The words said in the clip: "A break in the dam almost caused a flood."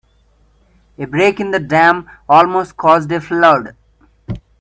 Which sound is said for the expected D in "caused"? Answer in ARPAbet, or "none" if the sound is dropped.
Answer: D